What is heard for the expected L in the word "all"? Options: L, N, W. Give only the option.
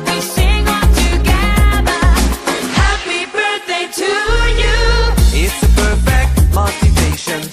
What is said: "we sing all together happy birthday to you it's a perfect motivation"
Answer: N